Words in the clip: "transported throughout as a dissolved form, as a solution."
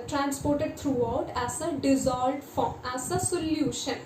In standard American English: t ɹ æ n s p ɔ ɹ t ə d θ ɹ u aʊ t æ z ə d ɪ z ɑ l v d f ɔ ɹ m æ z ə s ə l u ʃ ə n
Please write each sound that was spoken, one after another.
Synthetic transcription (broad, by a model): t ɹ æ n s p ɔ ɹ t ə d t ɹ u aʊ t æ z ə d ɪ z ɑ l d f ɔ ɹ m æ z ə s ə l u ʃ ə n